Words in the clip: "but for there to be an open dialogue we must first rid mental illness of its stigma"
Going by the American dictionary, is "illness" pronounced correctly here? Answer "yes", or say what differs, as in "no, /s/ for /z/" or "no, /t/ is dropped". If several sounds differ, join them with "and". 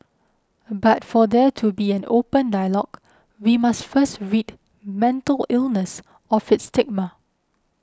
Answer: yes